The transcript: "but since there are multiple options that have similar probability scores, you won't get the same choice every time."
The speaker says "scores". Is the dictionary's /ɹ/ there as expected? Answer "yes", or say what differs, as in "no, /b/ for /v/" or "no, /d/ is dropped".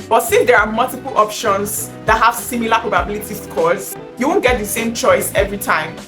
no, /l/ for /ɹ/